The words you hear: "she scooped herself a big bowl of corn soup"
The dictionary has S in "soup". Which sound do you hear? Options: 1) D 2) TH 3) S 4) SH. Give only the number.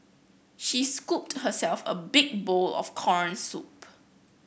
3